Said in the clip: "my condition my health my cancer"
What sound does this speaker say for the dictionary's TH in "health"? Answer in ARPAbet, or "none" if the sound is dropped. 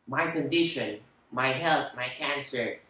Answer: T